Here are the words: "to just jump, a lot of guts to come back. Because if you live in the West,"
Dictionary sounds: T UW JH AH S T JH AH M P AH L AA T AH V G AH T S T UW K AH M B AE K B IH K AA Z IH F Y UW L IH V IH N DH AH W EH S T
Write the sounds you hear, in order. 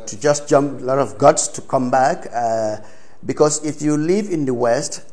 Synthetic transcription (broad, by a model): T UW JH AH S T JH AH M P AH L AA T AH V G AH T S T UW K AH M B AE K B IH K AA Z IH F Y UW L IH V IH N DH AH W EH S T